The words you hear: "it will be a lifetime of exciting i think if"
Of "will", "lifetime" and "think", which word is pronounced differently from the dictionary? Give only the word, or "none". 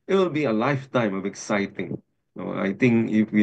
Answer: think